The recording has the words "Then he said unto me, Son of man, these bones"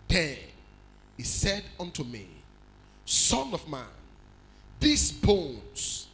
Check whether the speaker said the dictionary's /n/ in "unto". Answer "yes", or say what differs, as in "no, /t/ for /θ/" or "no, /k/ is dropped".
yes